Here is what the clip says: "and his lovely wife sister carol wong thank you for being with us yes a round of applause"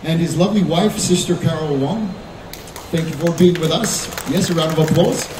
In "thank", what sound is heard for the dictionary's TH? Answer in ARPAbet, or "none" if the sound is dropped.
TH